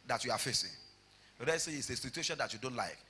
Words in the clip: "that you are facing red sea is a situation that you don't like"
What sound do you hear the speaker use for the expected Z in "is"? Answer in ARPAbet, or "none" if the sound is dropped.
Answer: S